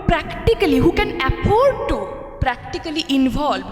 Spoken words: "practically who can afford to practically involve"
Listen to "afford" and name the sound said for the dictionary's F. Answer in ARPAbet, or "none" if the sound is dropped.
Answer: P